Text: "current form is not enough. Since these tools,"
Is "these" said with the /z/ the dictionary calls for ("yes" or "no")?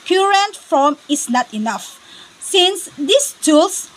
no